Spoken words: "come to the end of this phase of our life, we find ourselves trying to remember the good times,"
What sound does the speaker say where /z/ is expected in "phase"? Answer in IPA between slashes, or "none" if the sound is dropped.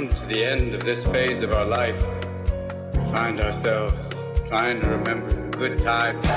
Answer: /z/